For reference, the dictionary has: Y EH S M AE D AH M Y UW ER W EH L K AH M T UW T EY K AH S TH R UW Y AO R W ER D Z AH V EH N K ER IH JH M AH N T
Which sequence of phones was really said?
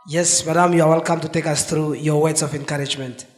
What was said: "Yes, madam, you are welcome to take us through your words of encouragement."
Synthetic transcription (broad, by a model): Y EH S M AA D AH M Y UW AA W EH L K AH M T UW T EY K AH S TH R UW Y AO W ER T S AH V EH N K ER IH JH M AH N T